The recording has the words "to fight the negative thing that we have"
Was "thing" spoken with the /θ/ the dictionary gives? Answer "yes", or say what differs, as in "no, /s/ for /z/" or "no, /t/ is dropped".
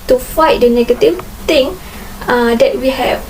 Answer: no, /t/ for /θ/